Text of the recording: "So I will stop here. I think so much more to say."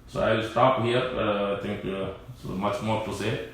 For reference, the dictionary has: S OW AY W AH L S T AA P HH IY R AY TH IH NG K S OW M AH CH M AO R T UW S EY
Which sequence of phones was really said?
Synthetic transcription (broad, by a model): S OW AY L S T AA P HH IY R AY T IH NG K S OW M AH CH M AO R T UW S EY